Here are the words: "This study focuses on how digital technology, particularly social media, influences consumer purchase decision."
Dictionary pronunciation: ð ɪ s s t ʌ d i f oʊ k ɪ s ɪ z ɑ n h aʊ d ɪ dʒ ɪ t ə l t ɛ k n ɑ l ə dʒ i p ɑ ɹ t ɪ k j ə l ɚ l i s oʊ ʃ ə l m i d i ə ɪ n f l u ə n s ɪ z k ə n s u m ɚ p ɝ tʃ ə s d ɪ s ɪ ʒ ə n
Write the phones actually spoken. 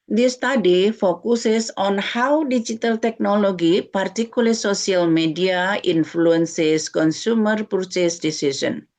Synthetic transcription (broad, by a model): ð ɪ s s t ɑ d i f oʊ k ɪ s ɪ s ɑ n h aʊ d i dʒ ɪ t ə l t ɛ k n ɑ l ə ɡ i p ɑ ɹ t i k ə l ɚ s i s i ə l m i d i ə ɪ n f l u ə n s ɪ s k ə n s u m ɚ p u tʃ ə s d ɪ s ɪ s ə n